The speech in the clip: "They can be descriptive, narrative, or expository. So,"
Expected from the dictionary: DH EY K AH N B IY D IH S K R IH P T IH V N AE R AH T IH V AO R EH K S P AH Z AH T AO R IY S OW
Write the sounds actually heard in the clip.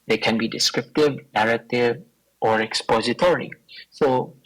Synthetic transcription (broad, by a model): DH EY K AH N B IY D IH S K R IH P T IH V N AE R AH T IH V AO R EH K S P AH Z AH T AO R IY S OW